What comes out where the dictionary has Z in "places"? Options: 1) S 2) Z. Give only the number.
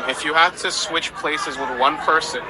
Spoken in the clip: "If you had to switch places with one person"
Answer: 2